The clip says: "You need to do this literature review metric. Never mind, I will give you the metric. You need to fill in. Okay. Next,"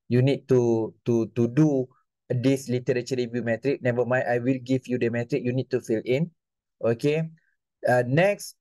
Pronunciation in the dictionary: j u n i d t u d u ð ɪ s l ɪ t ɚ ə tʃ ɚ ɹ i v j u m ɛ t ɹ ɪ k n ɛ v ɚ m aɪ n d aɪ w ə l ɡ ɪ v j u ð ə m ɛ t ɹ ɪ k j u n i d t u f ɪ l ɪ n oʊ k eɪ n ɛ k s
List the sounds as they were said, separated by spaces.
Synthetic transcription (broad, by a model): j u n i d t u d u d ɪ s l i t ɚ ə tʃ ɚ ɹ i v j u m ɛ t ɹ ɪ k n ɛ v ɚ m aɪ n aɪ w ə l ɡ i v j u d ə m ɛ t ɹ ɪ k j u n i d t u f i l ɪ n oʊ k eɪ n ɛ k s